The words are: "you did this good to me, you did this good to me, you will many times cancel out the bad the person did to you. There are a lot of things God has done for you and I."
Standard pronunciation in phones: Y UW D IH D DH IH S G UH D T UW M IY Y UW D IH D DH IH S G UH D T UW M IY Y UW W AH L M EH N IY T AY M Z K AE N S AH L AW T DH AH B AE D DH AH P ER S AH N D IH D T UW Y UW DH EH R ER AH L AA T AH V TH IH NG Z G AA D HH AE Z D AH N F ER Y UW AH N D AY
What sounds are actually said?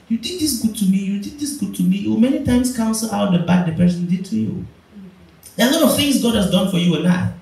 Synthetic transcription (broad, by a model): Y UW D IH D DH IH S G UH D T UW M IY Y UW D IH D DH IH S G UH D T UW M IY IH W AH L M EH N IY T AY M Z K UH N S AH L AW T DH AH B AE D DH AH P ER S AH N D IH D T UW Y UW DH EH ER AH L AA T AH V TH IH NG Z G AA D HH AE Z D AH N F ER Y UW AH N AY